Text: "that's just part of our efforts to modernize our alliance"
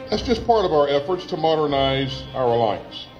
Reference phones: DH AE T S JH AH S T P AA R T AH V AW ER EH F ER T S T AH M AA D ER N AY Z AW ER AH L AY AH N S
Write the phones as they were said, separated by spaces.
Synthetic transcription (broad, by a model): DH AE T S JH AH S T P AA R T AH V AW ER EH F ER T S T AH M AA D ER N AY Z AW ER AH L AY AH N S